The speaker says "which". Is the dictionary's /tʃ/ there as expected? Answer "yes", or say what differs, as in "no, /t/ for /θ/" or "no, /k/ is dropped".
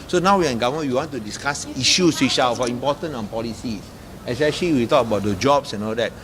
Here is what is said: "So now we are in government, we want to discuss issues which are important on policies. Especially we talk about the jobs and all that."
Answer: no, /ʃ/ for /tʃ/